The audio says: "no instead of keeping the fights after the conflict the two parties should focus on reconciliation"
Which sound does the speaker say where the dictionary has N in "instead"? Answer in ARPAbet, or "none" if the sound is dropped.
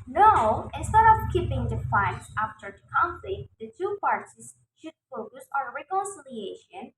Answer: N